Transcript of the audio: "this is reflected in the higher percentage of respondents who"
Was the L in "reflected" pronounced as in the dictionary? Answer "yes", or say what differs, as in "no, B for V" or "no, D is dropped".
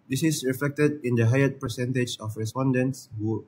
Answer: yes